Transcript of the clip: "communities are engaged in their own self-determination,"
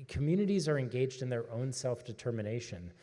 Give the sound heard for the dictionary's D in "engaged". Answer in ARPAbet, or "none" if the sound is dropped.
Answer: D